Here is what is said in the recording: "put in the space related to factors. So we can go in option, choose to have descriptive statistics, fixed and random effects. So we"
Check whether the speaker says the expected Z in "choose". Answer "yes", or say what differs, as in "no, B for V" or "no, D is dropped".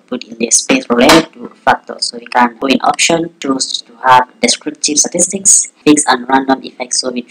no, S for Z